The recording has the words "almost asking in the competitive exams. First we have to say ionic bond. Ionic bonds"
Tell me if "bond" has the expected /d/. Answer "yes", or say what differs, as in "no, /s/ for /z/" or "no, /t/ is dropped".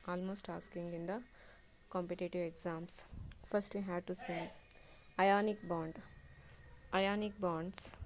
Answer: yes